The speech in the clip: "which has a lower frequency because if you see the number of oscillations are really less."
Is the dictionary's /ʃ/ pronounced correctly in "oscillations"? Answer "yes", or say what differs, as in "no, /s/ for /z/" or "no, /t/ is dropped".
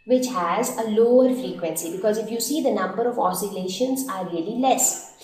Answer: yes